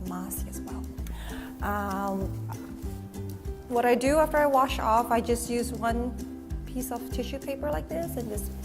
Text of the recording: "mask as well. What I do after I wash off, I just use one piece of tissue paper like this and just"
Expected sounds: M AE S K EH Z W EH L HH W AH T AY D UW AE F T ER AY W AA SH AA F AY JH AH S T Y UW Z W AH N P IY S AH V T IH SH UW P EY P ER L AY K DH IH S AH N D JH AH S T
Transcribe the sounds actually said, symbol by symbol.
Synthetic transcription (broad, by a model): M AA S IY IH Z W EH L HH W AH T AY D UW AE F T ER AY W AA SH AA F AY JH AH S T Y UW Z W AH N P IY S AH V T IH SH UW P EY P ER L AY K DH IH S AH N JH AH S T